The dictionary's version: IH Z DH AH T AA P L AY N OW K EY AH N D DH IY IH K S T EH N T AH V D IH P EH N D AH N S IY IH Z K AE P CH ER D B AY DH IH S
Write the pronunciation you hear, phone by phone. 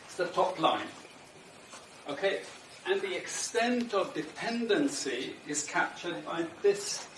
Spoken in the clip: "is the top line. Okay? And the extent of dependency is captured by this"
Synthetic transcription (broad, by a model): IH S DH AH T AA P L AY N OW K EY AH N DH IY IH K S T EH N T AH V D IH P EH N D AH N S IY IH Z K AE P CH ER D B AY DH IH S